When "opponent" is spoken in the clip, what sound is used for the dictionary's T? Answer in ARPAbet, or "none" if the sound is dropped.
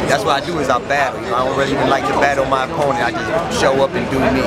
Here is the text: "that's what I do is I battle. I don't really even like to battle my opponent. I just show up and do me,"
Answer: none